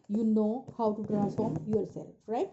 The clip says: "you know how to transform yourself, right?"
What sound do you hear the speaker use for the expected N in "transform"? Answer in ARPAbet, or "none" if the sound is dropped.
none